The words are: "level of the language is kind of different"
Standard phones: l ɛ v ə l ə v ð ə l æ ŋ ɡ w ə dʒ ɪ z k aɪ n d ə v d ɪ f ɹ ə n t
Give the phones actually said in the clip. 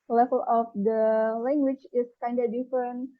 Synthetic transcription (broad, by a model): l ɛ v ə l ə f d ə l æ ŋ ɡ w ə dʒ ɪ s k aɪ n d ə d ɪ f ɹ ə n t